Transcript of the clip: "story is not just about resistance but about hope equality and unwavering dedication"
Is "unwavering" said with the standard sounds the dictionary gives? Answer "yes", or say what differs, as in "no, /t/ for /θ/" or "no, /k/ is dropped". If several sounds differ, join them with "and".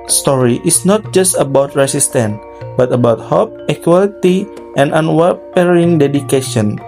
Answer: no, /p/ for /v/